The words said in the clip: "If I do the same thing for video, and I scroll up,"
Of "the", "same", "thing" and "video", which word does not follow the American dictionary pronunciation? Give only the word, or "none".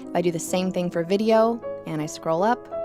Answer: none